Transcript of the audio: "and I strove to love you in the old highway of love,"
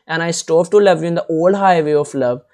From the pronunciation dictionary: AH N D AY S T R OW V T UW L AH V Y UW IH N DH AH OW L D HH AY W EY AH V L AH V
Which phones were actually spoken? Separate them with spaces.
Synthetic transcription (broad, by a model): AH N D AY S T OW P T UW L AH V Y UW IH N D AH OW L D HH AY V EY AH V L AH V